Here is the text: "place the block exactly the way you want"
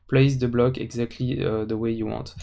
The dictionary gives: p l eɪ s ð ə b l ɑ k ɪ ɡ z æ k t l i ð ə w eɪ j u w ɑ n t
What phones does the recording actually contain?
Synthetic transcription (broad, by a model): p l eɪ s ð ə b l ɑ k ɪ ɡ z æ k t l i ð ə w eɪ j u w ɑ n t